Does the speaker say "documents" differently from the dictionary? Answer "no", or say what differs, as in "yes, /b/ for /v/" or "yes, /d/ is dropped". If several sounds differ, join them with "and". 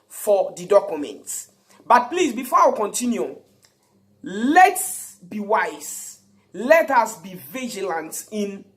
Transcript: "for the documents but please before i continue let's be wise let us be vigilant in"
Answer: yes, /s/ is dropped